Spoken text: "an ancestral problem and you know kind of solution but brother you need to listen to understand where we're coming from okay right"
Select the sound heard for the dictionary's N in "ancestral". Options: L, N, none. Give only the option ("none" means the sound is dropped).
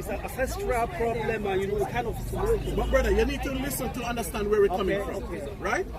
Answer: none